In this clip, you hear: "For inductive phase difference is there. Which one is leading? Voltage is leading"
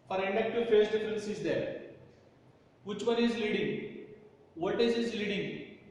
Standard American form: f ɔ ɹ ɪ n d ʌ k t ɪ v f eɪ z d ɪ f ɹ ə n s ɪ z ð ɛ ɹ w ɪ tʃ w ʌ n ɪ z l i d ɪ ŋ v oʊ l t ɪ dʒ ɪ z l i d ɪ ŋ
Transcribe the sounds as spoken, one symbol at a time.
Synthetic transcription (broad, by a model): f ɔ ɹ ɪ n d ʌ k t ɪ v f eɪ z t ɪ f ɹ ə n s ɪ z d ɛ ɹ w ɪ tʃ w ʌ n ɪ z l i d ɪ ŋ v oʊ t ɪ z ɪ z l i d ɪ ŋ